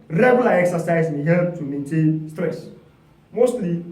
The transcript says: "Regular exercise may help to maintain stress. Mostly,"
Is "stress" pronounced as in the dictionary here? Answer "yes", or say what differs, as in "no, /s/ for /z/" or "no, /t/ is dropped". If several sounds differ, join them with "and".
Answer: yes